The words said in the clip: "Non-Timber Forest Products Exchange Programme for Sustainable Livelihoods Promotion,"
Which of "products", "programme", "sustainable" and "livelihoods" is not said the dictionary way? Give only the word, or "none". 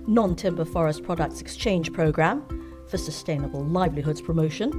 none